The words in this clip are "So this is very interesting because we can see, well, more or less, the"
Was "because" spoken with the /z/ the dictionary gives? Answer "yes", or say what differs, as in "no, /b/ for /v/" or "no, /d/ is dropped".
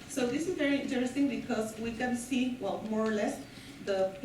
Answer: no, /s/ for /z/